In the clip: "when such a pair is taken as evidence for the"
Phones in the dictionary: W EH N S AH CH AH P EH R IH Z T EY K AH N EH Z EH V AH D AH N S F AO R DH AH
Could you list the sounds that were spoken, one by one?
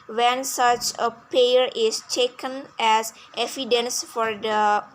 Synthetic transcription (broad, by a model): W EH N S AH CH AH P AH R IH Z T EY K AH N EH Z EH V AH D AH N S F AO R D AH